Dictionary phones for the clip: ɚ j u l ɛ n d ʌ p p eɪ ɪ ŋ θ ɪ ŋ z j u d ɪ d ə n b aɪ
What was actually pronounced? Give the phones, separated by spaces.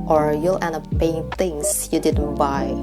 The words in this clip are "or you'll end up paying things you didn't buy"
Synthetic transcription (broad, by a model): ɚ j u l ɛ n ʌ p p eɪ ɪ ŋ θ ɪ ŋ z j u d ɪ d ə n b aɪ